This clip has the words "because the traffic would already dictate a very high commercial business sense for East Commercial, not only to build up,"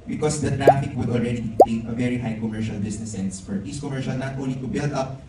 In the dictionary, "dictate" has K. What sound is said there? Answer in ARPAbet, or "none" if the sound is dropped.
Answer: none